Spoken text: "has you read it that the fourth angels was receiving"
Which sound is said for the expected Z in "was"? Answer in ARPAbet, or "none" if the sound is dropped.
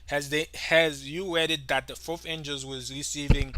Z